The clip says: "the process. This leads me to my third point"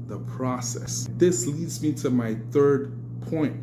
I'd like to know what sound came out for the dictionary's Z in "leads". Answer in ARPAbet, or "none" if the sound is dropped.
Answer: Z